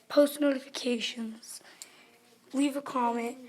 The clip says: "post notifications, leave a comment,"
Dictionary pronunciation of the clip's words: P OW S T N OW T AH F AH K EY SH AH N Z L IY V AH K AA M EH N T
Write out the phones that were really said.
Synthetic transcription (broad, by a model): P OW S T N OW T AH F AH K EY SH AH N Z W IY V AH K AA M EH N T